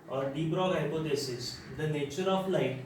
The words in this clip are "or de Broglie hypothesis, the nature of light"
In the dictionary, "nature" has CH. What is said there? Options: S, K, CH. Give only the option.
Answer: CH